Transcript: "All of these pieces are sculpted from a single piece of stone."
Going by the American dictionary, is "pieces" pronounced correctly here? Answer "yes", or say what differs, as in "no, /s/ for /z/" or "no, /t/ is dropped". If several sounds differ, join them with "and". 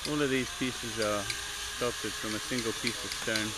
yes